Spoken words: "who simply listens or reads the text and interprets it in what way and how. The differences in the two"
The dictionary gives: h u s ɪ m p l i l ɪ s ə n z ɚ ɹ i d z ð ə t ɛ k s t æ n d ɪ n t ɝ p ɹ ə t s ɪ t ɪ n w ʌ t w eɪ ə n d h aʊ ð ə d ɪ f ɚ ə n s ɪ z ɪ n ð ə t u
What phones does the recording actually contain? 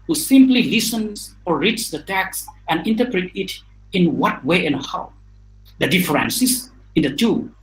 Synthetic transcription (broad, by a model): h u s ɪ m p l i l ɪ s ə n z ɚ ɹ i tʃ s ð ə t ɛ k s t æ n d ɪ n t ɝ p ɹ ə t ɪ t ɪ n w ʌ t w eɪ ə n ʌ h aʊ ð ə d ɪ f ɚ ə n s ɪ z ɪ n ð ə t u